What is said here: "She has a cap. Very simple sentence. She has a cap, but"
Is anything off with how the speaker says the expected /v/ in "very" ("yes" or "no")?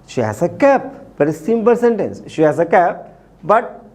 yes